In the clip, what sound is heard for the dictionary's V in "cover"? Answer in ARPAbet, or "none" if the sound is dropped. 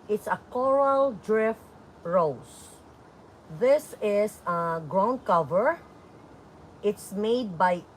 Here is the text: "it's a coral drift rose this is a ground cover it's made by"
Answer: V